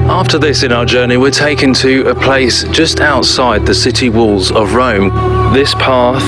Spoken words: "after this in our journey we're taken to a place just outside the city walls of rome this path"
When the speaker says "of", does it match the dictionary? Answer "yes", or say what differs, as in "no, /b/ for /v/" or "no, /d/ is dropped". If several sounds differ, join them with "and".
yes